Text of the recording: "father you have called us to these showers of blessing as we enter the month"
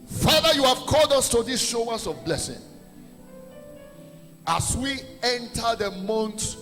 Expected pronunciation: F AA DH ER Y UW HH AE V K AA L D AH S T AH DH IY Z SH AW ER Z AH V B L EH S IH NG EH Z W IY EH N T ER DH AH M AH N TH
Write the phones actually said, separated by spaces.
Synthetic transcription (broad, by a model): F AA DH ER Y UW HH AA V K AA L D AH S T AH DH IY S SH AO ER S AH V B L EH S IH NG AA S W IY EH N T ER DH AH M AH N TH